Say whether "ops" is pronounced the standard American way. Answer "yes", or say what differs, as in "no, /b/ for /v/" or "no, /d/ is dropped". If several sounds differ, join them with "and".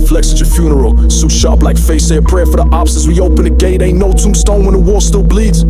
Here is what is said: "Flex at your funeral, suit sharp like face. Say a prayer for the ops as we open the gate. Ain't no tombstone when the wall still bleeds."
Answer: no, /b/ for /p/